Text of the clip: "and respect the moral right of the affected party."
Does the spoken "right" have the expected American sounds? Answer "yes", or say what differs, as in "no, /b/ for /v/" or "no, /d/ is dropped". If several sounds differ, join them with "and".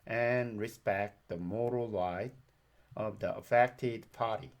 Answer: no, /l/ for /ɹ/